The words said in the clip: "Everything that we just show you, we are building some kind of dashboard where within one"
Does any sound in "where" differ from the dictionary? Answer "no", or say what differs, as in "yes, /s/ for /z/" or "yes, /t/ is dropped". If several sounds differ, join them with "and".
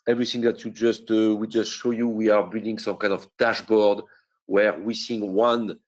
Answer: no